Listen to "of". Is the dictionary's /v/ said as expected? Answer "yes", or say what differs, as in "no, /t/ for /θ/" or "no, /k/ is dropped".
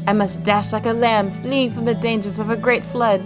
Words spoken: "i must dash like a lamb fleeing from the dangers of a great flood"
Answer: yes